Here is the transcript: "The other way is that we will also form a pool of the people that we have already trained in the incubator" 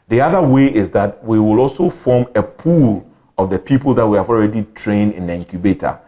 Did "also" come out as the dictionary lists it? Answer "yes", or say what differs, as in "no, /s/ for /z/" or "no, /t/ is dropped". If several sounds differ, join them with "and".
yes